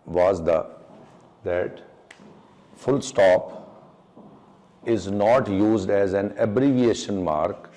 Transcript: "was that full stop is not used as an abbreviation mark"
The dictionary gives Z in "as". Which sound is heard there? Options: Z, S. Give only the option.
Z